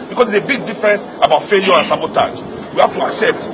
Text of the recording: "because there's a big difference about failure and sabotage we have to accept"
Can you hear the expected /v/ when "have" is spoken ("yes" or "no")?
no